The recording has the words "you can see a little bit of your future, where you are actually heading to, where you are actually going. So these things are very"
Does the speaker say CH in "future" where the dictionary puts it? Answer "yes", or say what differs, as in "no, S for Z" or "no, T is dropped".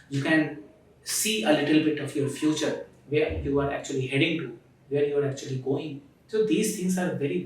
yes